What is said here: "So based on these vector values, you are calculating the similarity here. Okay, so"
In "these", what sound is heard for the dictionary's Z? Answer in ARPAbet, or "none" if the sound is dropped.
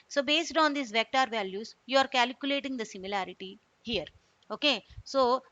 S